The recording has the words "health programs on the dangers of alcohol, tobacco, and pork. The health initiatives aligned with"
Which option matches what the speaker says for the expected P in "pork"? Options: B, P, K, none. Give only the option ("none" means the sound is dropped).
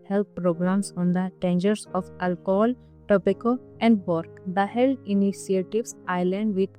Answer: B